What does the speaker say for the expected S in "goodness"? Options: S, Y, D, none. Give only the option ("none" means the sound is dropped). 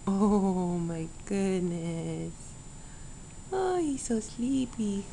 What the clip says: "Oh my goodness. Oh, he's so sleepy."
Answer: S